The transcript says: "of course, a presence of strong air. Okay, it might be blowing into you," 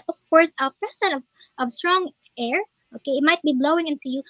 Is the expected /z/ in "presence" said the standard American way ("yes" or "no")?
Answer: no